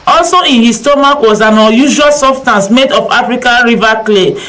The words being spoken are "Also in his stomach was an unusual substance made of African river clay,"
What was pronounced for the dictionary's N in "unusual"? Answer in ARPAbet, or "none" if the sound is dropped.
none